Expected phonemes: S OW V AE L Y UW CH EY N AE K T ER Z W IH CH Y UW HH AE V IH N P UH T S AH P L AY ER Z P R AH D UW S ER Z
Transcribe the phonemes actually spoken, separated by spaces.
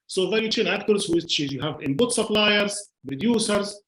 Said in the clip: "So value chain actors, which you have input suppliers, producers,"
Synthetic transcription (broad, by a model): S OW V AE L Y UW CH EY N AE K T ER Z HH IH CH Y UW HH AE V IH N B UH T S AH P L AY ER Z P R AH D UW S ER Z